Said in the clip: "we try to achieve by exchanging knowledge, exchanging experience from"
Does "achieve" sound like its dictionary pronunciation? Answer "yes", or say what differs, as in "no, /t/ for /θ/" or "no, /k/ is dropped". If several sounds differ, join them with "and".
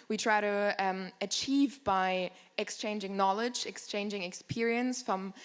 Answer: yes